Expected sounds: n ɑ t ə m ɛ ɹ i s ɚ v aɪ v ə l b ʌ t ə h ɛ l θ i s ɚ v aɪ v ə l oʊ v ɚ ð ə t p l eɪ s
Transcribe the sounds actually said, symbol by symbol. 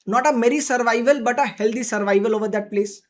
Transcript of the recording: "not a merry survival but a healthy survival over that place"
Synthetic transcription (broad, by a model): n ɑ t ə m ɛ ɹ i s ɚ v aɪ v ə l b ʌ t ə h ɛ l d i s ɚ v aɪ v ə l oʊ v ɚ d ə t p l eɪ s